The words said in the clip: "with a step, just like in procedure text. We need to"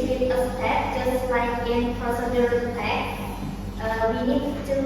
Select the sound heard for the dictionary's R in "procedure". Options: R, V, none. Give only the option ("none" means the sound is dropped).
none